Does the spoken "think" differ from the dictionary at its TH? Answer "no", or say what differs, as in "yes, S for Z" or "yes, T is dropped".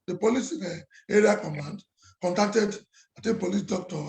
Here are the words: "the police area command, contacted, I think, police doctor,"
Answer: yes, T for TH